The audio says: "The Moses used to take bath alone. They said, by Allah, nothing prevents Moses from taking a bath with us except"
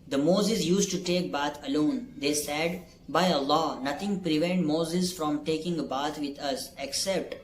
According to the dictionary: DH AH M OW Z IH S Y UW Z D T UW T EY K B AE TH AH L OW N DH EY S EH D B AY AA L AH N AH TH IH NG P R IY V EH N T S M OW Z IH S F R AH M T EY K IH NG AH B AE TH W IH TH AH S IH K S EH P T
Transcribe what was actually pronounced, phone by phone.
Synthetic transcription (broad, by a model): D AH M OW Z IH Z Y UW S T UW T EY K B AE T AH L OW N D EY S EH D B AY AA L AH N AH T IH NG P R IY V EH N T M OW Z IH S F R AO M T EY K IH NG AH B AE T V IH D AH S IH K S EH P T